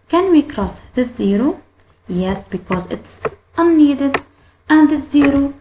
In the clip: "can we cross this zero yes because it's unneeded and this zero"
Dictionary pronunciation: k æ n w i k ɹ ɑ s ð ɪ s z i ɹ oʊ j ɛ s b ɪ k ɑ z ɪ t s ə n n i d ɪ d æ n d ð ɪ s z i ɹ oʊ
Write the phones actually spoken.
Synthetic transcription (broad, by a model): k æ n w i k ɹ ɑ s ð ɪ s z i ɹ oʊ j ɛ s b ɪ k ɑ z ɪ t s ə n n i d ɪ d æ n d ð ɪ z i ɹ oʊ